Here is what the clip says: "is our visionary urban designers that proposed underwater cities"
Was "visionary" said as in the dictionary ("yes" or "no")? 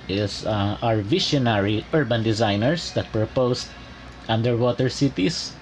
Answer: no